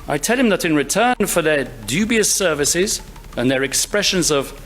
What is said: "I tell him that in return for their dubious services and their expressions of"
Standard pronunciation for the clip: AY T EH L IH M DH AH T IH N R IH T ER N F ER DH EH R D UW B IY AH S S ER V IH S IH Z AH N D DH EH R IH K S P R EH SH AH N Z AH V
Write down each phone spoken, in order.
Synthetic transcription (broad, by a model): AY T EH L IH M DH AH T IH N R IH T ER N F ER DH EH R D UW B IY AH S S ER V IH S IH Z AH N DH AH R IH K S P R EH SH AH N Z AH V